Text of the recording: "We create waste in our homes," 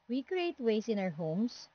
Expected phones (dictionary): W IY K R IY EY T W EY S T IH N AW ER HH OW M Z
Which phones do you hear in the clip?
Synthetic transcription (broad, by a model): W IY K R IY EY T W EY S IH N AW ER HH OW M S